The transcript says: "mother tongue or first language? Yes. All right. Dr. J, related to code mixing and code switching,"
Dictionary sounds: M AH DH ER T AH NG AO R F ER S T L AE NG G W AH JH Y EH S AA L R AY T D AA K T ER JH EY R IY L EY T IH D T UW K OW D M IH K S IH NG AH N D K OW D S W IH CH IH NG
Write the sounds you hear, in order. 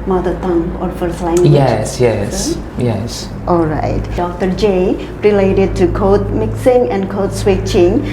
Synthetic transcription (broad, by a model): M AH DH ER T AH NG AO R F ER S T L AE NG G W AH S Y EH S AA L R AY T D AA K T ER JH EY R IY L EY T IH D T UW K OW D M IH K S IH NG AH N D K OW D S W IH CH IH NG